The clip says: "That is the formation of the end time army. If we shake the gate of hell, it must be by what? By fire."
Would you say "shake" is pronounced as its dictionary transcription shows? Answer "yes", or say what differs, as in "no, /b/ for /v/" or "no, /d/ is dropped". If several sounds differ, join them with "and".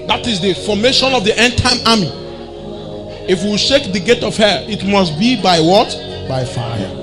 yes